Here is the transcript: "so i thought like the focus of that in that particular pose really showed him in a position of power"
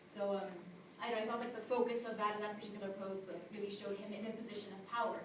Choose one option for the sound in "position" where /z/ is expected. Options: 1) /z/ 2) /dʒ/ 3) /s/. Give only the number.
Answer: 1